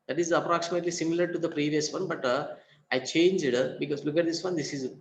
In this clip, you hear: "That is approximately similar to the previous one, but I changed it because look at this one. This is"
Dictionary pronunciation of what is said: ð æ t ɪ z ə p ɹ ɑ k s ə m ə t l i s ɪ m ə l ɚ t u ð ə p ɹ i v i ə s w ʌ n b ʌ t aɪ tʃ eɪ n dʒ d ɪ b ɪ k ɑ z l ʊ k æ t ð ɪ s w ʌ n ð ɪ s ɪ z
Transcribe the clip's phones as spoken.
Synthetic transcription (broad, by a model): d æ t ɪ z ə p ɹ ɑ k s ə m ə t l i s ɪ m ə l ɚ t u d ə p ɹ i v i ə s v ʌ n b ʌ t aɪ tʃ eɪ n dʒ d b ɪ k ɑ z l ʊ k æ t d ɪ s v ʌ n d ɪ s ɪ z